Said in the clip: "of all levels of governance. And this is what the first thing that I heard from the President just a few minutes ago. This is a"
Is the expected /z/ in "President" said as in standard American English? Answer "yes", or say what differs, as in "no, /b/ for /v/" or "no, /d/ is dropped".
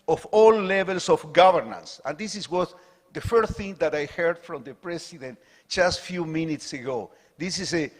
no, /s/ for /z/